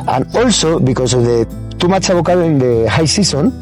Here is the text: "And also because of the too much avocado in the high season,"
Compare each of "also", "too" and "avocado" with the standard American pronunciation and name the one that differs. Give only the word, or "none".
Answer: avocado